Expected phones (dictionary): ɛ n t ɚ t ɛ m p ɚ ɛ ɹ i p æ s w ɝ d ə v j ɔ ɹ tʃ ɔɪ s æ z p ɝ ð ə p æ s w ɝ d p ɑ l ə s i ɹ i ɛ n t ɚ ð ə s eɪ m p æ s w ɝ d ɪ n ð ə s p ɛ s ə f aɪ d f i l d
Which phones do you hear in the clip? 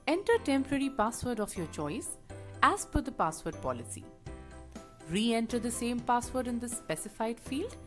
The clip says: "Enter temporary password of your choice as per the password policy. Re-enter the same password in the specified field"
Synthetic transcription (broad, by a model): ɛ n t ɚ t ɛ m p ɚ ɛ ɹ i p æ s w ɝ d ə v j ɔ ɹ tʃ ɔɪ s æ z f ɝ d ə p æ s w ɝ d p ɑ l ə s i ɹ i ɛ n t ɚ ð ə s eɪ m p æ s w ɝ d ɪ n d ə s p ɛ s ə f aɪ d f i l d